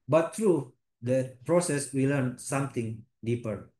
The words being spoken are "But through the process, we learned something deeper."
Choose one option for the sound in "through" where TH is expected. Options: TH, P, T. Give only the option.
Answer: T